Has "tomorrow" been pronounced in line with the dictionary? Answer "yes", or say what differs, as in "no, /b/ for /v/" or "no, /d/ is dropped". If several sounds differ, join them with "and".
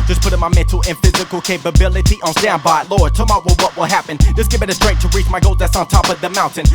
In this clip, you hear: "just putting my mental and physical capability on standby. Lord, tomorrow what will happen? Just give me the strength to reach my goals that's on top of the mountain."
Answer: no, /w/ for /ɹ/